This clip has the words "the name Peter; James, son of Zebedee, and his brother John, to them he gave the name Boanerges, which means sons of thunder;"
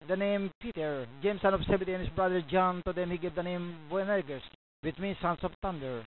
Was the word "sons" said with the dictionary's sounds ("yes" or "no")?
no